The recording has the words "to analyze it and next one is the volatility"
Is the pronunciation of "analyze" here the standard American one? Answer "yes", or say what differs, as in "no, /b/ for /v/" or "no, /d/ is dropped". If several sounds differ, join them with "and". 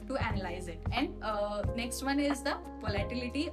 yes